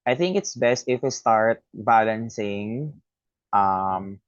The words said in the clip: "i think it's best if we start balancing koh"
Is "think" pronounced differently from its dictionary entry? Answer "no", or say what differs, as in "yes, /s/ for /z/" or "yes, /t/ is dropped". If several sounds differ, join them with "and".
no